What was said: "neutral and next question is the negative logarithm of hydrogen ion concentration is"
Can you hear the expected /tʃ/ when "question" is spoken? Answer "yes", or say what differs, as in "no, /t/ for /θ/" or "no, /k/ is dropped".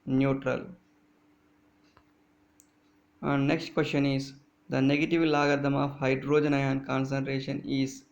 no, /ʃ/ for /tʃ/